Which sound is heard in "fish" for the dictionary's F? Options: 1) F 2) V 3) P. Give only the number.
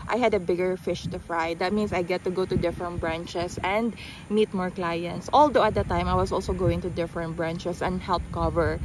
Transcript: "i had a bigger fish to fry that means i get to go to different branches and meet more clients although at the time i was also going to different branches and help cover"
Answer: 1